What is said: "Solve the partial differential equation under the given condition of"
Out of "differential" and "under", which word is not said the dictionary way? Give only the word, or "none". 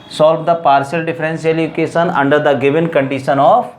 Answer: differential